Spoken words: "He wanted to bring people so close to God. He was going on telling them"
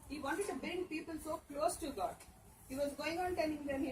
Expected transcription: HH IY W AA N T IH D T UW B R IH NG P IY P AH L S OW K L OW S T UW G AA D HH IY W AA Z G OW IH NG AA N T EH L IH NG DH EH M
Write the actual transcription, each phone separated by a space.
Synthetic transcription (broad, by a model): HH IY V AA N T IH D T UW B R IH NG P IY P AH L S OW K L OW S T UW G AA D HH IY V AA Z G OW IH NG AA N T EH N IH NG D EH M